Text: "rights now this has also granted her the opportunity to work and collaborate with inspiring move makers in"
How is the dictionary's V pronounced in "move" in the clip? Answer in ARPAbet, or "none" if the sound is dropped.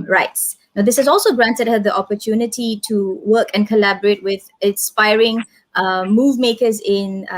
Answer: V